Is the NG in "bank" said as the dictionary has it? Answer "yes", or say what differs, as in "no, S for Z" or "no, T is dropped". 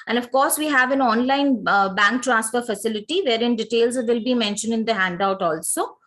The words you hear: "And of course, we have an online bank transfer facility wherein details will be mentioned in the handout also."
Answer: yes